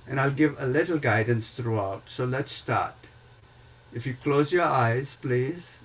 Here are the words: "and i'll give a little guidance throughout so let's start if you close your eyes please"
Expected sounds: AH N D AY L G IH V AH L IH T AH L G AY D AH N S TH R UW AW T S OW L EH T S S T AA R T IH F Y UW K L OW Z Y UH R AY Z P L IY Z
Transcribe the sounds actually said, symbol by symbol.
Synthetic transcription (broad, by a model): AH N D AY L G IH V AH L IH T AH L G AY D AH N S T R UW AW T S OW L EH T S S T AA R T IH F Y UW K L OW Z Y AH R AY Z P L IY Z